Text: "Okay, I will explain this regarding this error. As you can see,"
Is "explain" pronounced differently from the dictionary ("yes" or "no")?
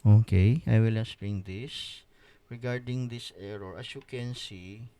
yes